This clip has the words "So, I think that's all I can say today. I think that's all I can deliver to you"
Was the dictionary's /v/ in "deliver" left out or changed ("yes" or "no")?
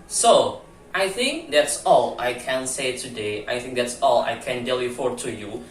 yes